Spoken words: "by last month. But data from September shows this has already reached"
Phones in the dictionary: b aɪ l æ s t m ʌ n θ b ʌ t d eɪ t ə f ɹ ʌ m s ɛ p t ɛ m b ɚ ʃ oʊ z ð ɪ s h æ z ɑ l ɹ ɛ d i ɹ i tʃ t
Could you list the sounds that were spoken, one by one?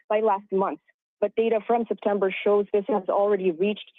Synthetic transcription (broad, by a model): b aɪ l æ s t m ʌ n θ b ʌ t d eɪ t ə f ɹ ʌ m s ɛ p t ɛ m b ɚ ʃ oʊ z ð ɪ s h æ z l ɹ ɛ d i ɹ i tʃ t